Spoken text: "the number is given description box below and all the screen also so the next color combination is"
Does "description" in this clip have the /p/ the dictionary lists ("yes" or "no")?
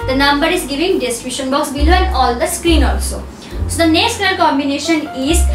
no